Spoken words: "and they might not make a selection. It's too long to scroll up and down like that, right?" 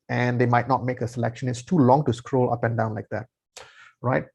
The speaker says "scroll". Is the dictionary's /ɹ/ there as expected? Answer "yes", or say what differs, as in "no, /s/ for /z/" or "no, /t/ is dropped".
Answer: yes